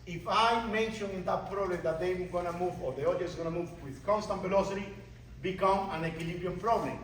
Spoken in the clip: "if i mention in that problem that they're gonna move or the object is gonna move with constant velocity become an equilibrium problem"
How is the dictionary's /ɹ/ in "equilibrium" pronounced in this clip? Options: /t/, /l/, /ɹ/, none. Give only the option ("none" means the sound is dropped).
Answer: none